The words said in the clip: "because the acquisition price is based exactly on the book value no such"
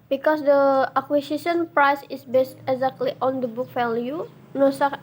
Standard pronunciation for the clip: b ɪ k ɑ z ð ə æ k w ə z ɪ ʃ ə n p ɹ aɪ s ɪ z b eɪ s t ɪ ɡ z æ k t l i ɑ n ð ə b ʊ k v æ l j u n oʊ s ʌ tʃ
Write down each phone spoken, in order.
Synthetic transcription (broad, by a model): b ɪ k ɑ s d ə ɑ k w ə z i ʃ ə n p ɹ aɪ s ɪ s b eɪ s t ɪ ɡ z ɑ k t l i ɑ n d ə b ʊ k f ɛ l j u n oʊ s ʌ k